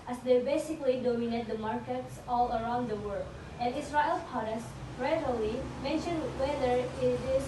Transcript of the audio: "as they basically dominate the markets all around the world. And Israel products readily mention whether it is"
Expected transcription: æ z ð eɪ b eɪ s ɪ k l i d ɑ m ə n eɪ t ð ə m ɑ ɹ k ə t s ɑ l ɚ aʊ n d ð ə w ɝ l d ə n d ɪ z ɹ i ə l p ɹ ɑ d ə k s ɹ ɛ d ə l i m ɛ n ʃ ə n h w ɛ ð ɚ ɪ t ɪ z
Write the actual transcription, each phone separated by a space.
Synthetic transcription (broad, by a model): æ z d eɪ b eɪ s ɪ k l i d ɑ m ə n eɪ t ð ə m ɑ ɹ k ə t s ɑ l ɚ aʊ n d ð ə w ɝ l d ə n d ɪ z ɹ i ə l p ɑ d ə s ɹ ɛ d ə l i m ɛ n ʃ ə n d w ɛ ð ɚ ɪ t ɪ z